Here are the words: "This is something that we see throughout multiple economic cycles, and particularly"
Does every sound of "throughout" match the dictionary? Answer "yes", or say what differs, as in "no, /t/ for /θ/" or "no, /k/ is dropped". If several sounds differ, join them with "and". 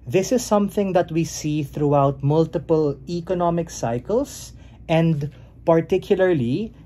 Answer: yes